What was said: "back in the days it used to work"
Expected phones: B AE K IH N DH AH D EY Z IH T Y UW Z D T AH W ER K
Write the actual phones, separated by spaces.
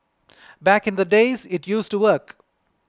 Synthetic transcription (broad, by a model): B AE K IH N DH AH D EY Z IH T Y UW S T AH W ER K